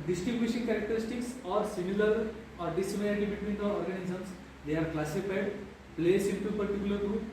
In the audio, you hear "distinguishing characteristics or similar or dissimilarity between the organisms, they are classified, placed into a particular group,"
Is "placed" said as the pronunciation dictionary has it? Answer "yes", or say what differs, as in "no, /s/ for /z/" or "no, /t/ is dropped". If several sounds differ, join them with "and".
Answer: no, /t/ is dropped